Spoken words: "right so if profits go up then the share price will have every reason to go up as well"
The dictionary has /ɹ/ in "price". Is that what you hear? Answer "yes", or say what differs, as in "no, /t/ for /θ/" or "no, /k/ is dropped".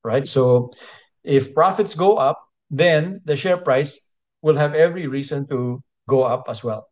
yes